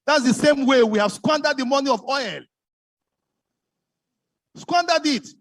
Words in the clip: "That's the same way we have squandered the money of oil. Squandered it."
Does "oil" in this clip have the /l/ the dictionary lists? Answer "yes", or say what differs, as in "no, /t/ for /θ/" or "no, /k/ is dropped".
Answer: yes